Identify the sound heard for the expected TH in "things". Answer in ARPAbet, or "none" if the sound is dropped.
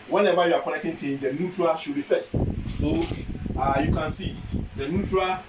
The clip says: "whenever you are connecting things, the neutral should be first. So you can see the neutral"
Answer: T